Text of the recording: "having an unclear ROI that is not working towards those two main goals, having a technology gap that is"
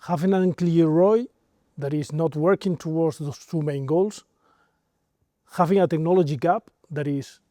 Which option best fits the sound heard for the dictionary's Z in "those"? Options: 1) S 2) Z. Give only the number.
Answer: 1